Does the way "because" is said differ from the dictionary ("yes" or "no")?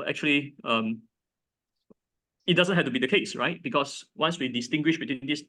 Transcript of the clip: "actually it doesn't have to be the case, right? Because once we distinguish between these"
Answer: yes